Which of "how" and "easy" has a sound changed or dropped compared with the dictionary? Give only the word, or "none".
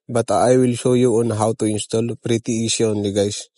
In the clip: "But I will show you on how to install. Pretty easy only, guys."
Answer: easy